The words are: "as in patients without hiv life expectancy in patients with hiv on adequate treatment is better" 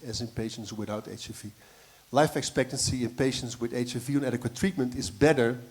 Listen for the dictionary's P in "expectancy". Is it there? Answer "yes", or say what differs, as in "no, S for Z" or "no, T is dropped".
yes